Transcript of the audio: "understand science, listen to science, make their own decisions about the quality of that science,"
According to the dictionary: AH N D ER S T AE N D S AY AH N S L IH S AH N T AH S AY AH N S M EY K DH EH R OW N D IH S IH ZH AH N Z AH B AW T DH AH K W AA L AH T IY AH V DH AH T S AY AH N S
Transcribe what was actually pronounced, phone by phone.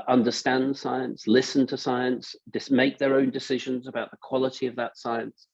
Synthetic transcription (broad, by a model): AH N D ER S T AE N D S AY AH N S L IH S AH N T AH S AY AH N S M EY K DH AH R OW N D IH S IH ZH AH N Z AH B AW T DH AH K W AA L AH T IY AH V DH AH T S AY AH N S